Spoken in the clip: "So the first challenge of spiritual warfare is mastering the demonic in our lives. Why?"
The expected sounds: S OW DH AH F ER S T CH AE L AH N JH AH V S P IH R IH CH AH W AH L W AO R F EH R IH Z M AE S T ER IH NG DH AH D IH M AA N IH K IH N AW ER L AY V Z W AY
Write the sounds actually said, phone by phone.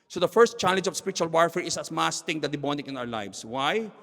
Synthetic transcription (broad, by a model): S OW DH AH F ER S T CH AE L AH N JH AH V S P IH R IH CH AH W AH L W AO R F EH R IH S M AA S T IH NG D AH D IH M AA N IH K IH N AW ER L AY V S W AY